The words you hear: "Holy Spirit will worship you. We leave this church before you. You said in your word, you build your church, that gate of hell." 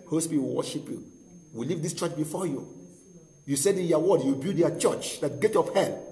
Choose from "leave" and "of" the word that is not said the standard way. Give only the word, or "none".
of